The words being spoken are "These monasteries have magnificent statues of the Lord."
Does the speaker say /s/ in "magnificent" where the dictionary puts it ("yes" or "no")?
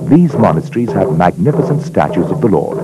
yes